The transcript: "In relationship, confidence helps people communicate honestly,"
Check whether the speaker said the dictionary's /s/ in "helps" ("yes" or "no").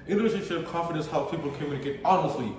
no